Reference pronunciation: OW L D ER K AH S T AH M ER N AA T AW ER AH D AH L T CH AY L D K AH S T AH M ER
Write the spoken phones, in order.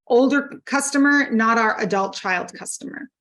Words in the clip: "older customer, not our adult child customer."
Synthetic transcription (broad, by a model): OW L D ER K AH S T AH M ER N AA T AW ER AH D AH L T CH AY L D K AH S T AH M ER